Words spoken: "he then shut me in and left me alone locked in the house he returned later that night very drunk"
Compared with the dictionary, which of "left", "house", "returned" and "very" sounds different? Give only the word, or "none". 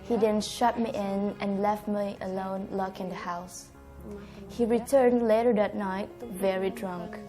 none